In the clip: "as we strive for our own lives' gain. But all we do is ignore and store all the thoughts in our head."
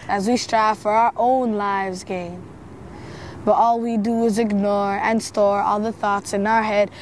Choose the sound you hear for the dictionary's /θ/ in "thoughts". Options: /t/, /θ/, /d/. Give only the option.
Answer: /θ/